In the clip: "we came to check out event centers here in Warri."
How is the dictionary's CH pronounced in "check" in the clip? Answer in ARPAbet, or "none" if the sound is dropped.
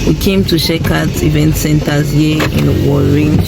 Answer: SH